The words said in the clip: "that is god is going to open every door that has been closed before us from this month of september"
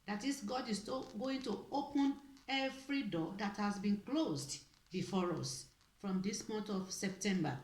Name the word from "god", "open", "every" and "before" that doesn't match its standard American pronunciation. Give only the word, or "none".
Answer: every